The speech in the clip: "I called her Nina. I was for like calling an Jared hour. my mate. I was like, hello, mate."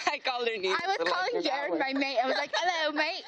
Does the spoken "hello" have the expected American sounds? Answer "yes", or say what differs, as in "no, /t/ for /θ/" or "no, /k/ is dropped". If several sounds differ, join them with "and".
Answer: yes